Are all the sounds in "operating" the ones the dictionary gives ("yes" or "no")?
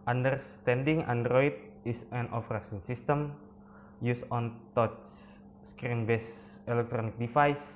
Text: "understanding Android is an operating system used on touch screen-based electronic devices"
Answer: no